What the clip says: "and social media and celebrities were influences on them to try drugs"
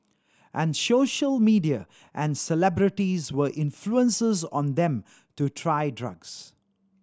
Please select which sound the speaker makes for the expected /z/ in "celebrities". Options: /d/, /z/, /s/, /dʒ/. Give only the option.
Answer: /z/